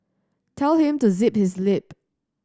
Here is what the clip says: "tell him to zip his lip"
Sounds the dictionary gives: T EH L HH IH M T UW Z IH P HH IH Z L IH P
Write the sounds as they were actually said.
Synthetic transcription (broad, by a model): T EH L HH IH M T UW Z IH P HH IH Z L IH P